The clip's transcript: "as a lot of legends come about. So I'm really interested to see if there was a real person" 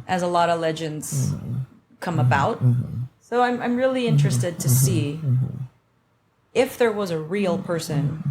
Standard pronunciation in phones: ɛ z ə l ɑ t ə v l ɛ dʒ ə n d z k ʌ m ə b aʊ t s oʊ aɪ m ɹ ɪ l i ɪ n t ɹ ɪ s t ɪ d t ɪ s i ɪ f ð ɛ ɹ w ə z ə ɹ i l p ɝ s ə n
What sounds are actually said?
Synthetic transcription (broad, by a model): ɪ z ə l ɑ t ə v l ɛ dʒ ə n d z k ʌ m ə b aʊ t s oʊ aɪ m ɹ ɪ l i ɪ n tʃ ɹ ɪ s t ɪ d t ɪ s i ɪ f ð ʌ ɹ w ə z ə ɹ i l p ɝ s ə n